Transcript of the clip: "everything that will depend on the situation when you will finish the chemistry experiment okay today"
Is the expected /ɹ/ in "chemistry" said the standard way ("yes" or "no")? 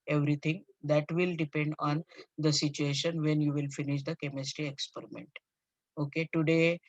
yes